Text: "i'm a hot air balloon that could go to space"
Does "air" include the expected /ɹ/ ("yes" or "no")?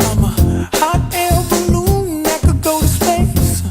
no